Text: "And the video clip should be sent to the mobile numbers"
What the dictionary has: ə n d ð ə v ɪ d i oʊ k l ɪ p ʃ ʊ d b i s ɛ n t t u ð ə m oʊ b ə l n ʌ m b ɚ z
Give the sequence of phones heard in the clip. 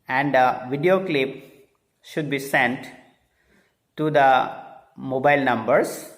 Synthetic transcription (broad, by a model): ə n d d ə v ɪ d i oʊ k l ɪ p ʃ ʊ d b i s ɛ n t t u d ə m oʊ b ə l n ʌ m b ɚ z